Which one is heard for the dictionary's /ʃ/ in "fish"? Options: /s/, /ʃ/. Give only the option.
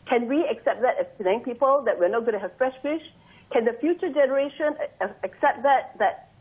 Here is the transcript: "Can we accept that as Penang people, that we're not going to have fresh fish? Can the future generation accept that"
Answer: /ʃ/